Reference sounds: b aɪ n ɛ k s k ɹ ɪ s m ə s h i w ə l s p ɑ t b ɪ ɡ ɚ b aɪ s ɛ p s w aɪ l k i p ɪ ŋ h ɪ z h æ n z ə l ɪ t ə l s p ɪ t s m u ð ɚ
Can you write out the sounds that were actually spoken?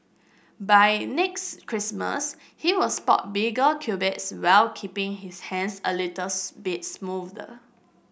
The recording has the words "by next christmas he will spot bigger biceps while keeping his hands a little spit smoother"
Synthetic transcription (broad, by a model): b aɪ n ɛ k s k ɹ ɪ s m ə s h i w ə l s p ɑ t b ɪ ɡ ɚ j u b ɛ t s w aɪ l k i p ɪ ŋ h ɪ s h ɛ n s ə l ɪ t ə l s b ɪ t s m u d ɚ